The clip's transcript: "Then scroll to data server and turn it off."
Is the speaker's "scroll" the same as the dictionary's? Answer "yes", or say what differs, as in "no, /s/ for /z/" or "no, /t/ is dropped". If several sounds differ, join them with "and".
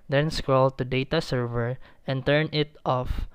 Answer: yes